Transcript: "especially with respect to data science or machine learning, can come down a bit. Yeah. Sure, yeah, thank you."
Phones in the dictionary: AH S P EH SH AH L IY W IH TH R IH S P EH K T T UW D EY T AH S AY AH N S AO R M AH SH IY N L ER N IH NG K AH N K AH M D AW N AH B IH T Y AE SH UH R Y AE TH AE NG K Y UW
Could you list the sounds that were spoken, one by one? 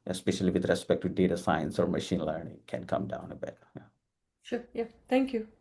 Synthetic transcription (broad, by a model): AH S P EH SH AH L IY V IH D R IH S P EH K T T UW D EY T AH S AY AH N S AO R M AH SH IY N L ER N IH NG K AH N K AH M D AW N AH B IH T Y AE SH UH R Y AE T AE NG K Y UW